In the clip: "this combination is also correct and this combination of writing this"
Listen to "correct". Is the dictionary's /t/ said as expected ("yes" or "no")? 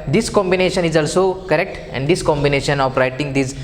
yes